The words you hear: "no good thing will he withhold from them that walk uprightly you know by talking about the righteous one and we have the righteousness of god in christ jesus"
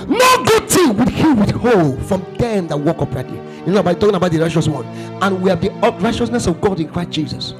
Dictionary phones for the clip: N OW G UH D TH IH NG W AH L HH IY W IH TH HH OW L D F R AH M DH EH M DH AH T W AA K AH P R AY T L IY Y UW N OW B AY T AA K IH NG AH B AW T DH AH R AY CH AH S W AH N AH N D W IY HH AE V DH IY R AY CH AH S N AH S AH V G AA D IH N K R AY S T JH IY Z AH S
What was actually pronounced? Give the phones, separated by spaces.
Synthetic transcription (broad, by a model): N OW G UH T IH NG W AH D HH IY W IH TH HH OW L F R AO M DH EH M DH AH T W AA K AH P R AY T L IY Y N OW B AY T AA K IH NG AH B AW T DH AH R AY CH AH S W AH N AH N W IY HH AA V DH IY R AY CH AH S N AH S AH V G AA D IH N K R AY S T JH IY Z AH S